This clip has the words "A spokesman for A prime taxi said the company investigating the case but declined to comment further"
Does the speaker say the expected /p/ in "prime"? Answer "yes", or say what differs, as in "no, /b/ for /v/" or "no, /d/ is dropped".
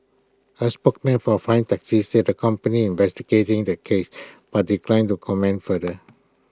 no, /f/ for /p/